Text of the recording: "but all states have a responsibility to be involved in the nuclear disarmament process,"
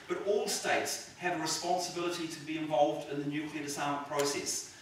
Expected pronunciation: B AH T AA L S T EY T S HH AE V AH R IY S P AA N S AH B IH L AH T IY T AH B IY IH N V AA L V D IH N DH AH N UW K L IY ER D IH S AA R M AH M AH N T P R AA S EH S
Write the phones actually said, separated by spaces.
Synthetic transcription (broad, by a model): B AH T AA L S T EY T S HH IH V AH R IY S P AA N S AH B IH L AH T IY T AH B IY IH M V AA L V D IH N DH AH N UW K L IY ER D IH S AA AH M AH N P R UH S EH S